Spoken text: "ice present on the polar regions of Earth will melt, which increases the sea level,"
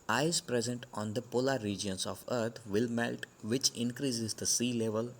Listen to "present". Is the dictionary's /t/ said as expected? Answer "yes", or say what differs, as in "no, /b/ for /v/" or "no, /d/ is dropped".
yes